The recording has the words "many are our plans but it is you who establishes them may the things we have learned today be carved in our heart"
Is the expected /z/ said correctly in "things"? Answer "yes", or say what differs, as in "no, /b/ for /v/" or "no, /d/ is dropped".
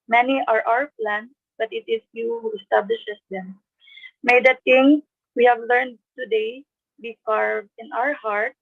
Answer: no, /z/ is dropped